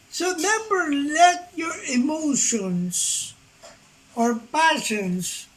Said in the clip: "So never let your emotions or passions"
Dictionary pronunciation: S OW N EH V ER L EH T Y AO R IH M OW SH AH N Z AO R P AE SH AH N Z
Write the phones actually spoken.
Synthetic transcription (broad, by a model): S OW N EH B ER L EH T Y AO R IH M OW SH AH N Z AO R P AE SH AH N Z